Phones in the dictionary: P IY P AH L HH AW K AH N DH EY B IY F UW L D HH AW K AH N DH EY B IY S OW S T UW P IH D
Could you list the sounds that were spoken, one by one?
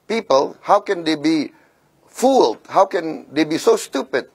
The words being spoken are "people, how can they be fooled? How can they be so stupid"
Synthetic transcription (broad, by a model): P IY P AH L HH AW K AH N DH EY B IY F UW L D HH AW K AH N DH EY B IY S OW S T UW P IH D